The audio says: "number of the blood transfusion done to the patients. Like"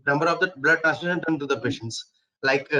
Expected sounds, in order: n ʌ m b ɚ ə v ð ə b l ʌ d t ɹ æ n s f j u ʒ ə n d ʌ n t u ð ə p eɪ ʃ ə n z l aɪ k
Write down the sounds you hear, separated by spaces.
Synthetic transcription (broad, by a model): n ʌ m b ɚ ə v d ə b l ʌ d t æ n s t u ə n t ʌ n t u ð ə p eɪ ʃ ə n s l aɪ k